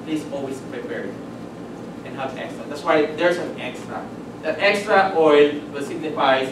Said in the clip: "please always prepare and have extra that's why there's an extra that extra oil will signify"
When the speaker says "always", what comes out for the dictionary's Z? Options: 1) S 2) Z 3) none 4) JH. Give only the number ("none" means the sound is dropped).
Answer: 1